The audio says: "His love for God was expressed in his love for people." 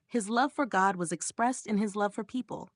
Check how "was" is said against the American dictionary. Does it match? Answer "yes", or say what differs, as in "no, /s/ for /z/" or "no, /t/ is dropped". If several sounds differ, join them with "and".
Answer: yes